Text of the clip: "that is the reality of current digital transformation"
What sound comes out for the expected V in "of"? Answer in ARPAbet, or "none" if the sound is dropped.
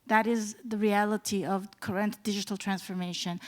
V